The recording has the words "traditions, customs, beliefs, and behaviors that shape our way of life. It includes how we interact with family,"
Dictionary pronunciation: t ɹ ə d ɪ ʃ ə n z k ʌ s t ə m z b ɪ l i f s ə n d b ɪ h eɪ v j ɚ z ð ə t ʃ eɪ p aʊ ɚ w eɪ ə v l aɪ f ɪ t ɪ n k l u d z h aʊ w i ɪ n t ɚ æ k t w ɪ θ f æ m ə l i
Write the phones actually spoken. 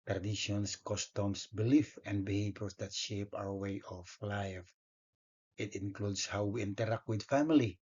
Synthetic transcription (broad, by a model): t ɹ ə d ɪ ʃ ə n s k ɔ s t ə m s b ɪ l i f ə n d b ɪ h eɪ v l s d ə t ʃ eɪ p aʊ ɚ w eɪ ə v l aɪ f ɪ t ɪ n k l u d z h aʊ w i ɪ n t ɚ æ k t w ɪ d f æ m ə l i